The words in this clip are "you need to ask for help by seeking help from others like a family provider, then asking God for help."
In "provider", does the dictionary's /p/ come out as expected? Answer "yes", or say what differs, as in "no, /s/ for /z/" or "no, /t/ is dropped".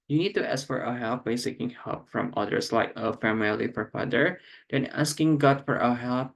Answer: no, /f/ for /p/